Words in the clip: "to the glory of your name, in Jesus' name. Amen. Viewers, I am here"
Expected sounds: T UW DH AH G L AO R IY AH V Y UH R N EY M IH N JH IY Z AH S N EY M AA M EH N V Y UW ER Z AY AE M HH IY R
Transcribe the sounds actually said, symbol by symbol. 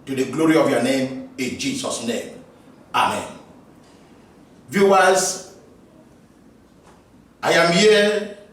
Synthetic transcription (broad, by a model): T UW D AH G L AO R IY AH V Y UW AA N EY M IH N JH IY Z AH S N EY M AA M EH N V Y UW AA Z AY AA M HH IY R